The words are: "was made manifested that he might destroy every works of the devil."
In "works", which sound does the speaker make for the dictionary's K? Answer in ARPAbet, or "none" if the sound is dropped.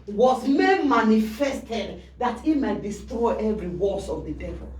none